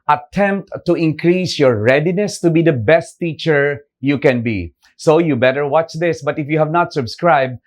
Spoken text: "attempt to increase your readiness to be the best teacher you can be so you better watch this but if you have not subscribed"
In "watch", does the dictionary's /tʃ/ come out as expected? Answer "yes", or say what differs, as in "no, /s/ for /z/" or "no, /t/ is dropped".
yes